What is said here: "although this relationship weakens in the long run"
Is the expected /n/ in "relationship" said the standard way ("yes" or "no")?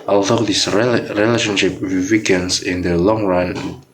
yes